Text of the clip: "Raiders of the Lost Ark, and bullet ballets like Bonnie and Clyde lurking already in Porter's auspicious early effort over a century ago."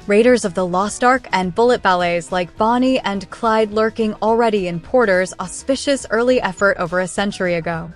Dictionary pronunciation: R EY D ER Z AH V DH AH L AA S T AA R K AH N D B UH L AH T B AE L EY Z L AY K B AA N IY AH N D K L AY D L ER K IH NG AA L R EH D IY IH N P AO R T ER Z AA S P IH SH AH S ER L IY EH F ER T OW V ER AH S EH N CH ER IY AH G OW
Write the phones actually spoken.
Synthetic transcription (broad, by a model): R EY D ER Z AH V DH AH L AA S T AA R K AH N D B UH L AH T B AE L EY Z L AY K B AA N IY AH N K L AY D L ER K IH NG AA L R EH D IY IH N P AO R T ER Z AA S P IH SH AH S ER L IY EH F ER T OW V ER AH S EH N CH ER IY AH G OW